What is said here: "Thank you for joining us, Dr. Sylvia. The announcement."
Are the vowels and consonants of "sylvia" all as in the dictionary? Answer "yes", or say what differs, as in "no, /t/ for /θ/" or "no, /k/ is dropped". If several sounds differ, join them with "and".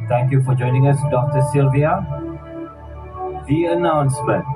yes